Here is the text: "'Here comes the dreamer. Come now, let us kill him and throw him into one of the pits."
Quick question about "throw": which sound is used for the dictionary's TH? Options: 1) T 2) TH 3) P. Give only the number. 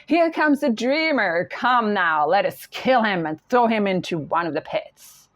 2